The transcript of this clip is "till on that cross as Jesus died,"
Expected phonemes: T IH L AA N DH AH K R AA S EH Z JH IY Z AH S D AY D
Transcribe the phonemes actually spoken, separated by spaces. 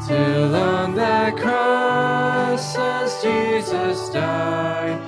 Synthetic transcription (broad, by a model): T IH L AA N DH AH K R AA S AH S JH IY Z AH S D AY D